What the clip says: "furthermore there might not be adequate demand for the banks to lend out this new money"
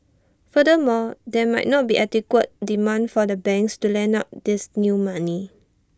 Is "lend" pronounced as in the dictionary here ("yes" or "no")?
no